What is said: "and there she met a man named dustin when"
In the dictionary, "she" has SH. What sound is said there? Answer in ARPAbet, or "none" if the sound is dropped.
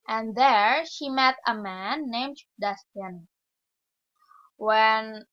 SH